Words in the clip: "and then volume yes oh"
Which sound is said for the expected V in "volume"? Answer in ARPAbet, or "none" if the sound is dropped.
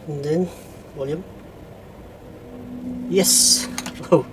W